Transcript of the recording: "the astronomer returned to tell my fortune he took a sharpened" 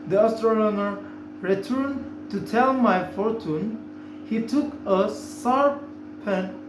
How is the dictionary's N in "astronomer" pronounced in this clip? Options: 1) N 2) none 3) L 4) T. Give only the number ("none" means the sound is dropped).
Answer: 3